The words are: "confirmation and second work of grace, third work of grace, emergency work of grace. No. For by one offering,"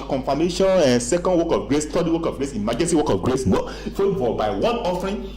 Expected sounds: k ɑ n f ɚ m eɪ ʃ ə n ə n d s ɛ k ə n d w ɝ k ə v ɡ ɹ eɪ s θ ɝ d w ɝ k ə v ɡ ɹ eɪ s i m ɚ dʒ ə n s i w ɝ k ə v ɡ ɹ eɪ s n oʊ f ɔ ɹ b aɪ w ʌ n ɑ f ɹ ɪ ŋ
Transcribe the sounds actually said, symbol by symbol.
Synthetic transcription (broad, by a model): k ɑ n f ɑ m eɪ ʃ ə n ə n s ɛ k ə n d w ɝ k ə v ɡ ɹ eɪ s t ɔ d w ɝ k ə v ɡ ɹ eɪ s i m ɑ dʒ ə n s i w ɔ k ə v ɡ ɹ eɪ s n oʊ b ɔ l b aɪ w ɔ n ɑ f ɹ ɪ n